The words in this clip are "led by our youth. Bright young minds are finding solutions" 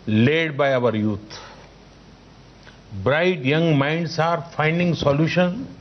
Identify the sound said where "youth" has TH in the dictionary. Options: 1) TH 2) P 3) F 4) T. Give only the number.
4